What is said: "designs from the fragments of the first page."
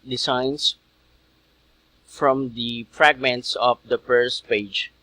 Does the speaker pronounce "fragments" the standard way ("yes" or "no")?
yes